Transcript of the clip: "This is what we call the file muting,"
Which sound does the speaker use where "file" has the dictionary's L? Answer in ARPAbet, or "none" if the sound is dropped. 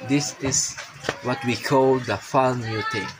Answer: N